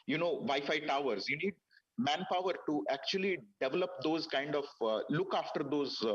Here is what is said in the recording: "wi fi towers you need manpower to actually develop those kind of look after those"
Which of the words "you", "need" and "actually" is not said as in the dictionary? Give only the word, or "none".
none